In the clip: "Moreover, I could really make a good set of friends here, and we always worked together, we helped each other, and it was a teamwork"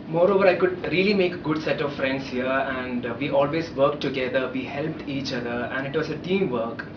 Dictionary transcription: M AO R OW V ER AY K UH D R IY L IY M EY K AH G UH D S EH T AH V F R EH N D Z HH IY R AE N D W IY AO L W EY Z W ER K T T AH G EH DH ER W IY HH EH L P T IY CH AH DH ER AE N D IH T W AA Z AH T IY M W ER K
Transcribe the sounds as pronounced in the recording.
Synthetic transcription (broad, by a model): M AO R OW V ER AY K UH D R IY L IY M EY K G UH D S EH T AH V F R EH N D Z HH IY R AE N D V IY AO L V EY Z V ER K T T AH G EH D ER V IY HH EH L P T IY CH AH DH ER AE N D IH T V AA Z AH T IY M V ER K